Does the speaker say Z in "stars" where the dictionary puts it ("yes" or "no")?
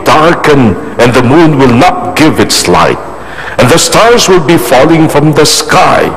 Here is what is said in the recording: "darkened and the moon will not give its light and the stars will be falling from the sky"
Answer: yes